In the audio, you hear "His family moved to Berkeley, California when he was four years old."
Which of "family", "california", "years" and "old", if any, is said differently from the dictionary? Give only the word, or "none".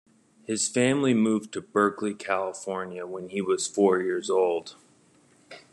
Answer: none